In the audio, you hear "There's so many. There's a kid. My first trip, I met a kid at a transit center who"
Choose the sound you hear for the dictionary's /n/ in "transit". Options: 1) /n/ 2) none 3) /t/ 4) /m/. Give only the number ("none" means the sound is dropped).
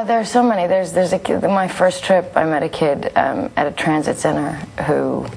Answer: 1